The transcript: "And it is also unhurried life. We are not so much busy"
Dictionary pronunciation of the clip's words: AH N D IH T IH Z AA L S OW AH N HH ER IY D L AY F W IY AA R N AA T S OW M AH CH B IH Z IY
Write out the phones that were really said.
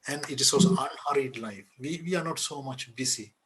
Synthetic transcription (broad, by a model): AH N D IH T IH S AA S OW AH N HH ER IY D L AY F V IY AA R N AA T S OW M AH CH B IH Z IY